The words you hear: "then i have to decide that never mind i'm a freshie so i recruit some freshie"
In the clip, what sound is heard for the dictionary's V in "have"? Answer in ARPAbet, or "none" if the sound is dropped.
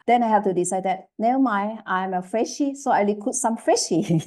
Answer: F